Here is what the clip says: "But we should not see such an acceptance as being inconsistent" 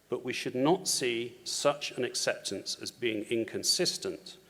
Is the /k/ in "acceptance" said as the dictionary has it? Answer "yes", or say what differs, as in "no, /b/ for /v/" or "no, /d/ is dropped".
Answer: yes